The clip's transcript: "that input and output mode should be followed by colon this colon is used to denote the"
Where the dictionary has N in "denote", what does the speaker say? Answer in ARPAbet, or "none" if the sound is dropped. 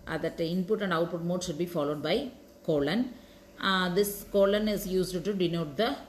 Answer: N